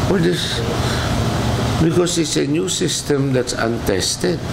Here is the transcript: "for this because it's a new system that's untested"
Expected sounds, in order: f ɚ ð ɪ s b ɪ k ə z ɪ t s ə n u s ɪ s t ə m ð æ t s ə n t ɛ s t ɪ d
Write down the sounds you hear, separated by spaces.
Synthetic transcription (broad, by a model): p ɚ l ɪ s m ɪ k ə s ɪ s ə n u s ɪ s t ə m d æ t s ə n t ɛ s t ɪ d